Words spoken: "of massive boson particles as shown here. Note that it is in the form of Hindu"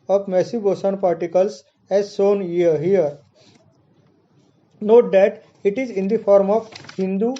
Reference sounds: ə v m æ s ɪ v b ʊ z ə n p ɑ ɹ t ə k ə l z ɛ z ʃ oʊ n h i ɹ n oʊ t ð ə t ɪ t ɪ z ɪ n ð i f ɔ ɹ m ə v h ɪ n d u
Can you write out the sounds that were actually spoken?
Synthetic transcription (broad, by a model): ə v m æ s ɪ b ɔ s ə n p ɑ ɹ t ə k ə l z ɛ z s oʊ n h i ɹ n oʊ t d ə t ɪ t ɪ z ɪ n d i f ɔ ɹ m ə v h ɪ n d u